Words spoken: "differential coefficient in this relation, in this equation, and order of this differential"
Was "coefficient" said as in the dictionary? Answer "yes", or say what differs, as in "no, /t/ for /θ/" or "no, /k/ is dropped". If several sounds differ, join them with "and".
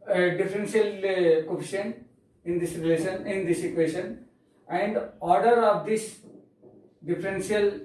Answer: no, /t/ is dropped